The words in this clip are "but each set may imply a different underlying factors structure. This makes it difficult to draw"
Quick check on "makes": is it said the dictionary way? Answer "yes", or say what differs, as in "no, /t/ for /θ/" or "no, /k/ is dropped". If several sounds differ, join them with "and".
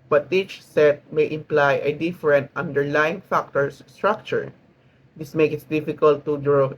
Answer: no, /s/ is dropped